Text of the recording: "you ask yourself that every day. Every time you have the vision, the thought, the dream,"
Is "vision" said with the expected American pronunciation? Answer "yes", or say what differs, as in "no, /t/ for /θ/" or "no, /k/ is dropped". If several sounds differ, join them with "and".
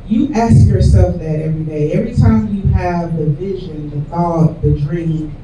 yes